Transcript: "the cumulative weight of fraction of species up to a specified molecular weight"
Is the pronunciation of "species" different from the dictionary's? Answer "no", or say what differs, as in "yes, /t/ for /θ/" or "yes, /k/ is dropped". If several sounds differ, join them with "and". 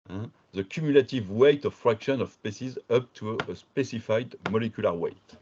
yes, /s/ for /ʃ/